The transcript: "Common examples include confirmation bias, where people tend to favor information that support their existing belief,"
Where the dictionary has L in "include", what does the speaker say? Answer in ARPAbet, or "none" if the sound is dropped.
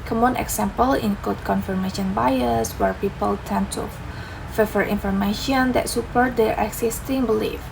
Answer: none